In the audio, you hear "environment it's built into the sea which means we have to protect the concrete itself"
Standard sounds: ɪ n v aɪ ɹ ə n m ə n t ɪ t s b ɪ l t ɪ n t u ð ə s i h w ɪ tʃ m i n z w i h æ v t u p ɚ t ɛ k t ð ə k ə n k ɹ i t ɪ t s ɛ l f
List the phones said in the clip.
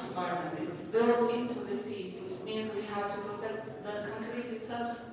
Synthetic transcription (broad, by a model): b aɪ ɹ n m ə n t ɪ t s b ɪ l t ɪ n t u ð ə s i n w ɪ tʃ m i n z w i h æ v t u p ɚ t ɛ t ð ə k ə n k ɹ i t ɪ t s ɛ l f